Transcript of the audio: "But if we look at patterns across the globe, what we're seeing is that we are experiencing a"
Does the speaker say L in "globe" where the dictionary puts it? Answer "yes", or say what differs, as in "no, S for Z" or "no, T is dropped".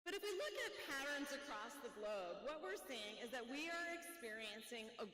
yes